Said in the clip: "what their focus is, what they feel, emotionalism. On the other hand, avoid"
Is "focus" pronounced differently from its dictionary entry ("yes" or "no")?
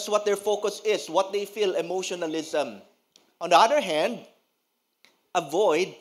no